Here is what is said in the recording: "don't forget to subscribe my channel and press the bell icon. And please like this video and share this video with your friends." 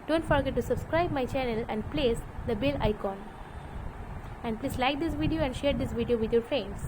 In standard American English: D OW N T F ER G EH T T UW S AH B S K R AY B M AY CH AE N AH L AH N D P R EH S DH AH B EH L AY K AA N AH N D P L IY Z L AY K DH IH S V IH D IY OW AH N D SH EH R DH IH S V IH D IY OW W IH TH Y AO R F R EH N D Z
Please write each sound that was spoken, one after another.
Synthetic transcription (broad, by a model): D OW N T F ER G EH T T UW S AH B S K R AY B M AY CH AE N AH L AH N D P L EH S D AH B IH L AY K AA N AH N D P L IY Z L AY K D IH S V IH D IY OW AH N D SH EH R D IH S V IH D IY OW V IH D Y AO R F R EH N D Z